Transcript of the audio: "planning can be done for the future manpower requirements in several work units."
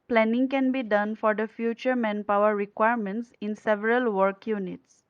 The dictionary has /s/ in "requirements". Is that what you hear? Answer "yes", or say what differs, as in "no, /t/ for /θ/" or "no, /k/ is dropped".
yes